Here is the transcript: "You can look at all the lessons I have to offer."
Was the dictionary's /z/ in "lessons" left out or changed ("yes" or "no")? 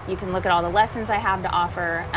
no